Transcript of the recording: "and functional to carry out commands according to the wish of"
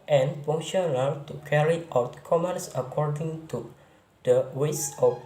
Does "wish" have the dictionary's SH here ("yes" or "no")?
no